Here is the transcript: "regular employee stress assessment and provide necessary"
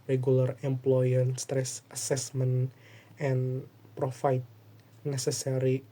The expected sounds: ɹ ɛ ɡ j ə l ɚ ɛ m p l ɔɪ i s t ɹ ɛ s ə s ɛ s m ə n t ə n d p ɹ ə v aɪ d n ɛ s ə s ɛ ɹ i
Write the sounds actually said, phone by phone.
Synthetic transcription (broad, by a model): ɹ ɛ ɡ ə l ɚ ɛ m p l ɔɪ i s t ɹ ɛ s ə s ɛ s m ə n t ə n p ɹ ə f aɪ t n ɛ s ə s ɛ ɹ i